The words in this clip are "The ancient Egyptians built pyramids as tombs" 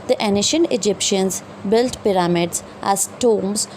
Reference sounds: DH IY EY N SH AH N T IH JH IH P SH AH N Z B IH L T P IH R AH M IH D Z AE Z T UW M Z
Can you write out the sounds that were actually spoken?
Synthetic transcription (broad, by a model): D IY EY N SH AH N IH JH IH P SH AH N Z B IH L T P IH R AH M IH D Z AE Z T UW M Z